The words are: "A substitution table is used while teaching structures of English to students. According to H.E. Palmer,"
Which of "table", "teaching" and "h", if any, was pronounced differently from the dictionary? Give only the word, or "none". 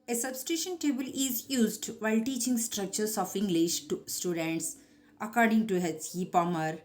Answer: h